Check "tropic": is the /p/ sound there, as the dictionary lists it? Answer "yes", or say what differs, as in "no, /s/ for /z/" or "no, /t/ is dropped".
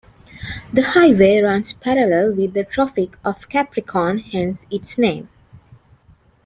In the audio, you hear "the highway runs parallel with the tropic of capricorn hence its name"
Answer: no, /f/ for /p/